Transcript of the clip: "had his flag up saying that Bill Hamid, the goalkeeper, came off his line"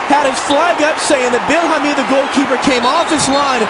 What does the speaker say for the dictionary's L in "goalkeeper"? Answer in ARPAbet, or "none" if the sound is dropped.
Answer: L